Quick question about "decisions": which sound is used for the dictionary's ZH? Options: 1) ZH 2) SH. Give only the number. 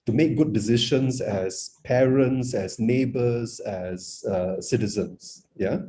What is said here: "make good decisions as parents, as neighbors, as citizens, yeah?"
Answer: 2